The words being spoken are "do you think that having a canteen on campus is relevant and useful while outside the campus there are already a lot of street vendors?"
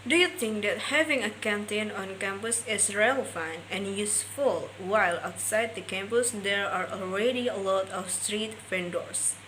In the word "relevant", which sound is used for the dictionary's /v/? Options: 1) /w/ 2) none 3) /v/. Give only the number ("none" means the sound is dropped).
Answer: 2